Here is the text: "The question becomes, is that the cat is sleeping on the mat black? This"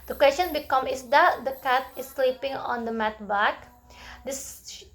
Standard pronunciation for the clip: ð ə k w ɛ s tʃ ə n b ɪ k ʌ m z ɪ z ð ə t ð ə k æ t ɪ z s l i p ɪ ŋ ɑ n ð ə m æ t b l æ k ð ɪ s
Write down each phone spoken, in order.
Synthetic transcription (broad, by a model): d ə k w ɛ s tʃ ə n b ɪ k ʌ m ɪ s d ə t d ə k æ t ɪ s l i p ɪ ŋ ɑ n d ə m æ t b æ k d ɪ s